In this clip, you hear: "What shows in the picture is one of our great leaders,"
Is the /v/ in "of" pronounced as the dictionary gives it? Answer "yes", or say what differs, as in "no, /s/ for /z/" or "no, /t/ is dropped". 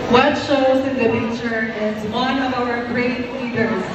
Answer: yes